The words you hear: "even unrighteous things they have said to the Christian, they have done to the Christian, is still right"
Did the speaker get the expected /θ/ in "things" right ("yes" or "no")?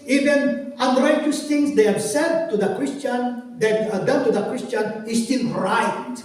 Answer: no